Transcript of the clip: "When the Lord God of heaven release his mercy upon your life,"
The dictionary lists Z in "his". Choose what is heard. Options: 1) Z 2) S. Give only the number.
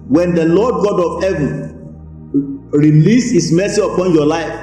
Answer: 2